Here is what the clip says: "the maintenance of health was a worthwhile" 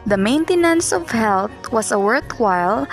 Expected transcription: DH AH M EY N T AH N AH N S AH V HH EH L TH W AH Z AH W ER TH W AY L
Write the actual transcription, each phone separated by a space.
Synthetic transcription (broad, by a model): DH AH M EY N T AH N AH N S AH V HH EH L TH W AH S AH W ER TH W AY L